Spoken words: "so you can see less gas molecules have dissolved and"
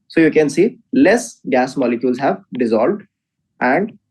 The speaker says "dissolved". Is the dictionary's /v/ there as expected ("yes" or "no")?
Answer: yes